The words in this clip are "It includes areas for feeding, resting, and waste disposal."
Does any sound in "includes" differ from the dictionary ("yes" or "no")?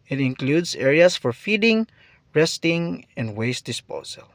yes